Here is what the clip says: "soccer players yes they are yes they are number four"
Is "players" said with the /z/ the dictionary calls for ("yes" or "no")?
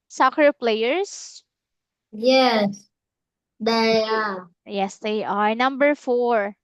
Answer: no